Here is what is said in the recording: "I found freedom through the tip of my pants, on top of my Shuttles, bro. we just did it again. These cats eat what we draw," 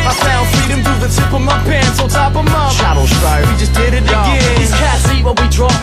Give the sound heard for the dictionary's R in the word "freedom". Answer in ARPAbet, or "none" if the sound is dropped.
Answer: none